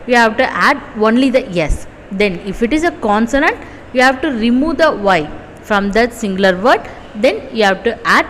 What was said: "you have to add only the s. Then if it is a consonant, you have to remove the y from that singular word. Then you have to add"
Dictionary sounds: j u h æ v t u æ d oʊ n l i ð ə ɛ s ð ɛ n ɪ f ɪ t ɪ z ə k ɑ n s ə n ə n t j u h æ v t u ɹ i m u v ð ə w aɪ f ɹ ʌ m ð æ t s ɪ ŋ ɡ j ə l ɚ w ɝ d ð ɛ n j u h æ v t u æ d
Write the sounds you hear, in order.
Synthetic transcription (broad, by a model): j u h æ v t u æ d oʊ n l i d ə ɛ s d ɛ n ɪ f ɪ t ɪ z ə k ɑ n s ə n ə n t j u h æ v t u ɹ i m u v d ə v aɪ f ɹ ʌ m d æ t s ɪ ŋ ɡ l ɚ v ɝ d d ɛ n j u h æ v t u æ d